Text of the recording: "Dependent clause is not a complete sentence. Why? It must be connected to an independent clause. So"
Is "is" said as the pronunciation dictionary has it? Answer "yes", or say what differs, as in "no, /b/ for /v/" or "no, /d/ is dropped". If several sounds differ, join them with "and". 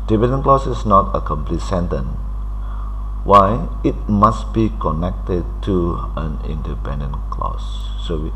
no, /s/ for /z/